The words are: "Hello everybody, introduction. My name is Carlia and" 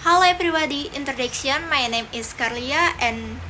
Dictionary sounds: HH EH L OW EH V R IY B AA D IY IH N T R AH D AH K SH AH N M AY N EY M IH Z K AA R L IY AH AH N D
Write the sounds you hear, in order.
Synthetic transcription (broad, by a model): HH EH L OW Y P R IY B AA D IY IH N T R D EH K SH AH N M AY N EY M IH S K AA R L IY AH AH N